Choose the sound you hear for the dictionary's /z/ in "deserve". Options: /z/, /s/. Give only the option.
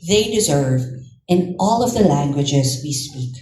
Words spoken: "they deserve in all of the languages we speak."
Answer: /z/